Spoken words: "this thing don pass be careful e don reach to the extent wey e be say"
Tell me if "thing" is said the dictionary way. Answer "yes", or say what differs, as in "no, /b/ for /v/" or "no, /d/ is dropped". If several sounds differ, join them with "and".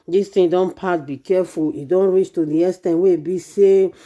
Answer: no, /t/ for /θ/